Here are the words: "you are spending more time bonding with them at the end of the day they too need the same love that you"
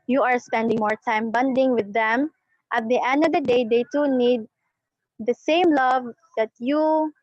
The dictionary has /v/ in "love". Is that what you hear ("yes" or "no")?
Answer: yes